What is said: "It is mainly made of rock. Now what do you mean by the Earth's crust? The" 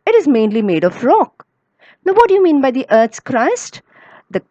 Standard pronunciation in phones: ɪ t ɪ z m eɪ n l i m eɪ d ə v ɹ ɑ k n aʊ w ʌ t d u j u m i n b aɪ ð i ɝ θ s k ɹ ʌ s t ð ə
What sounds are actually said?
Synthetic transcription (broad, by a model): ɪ t ɪ z m eɪ n l i m eɪ d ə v ɹ ɑ k n aʊ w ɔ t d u j u m i n b aɪ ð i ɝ t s k ɹ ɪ s t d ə